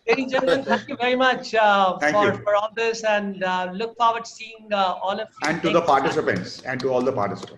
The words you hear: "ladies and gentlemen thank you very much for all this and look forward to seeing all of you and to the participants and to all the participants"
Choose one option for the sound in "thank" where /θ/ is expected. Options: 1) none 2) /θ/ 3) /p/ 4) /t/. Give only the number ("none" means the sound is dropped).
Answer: 4